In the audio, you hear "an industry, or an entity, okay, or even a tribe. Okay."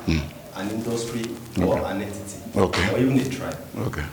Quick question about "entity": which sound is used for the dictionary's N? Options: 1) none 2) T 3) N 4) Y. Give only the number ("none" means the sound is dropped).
1